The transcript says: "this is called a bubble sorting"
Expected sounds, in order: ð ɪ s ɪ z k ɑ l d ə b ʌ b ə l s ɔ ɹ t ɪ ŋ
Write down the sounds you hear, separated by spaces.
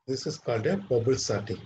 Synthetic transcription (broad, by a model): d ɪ s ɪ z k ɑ d ə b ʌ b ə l s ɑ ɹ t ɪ